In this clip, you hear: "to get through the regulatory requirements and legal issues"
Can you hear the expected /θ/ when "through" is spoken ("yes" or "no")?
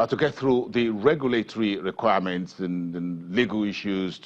yes